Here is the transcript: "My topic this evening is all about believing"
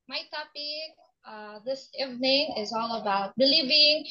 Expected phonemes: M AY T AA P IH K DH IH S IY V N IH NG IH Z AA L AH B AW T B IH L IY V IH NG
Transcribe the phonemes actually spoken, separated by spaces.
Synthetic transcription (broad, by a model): M AY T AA B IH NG DH IH S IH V N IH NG IH Z AA L AH B AW T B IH L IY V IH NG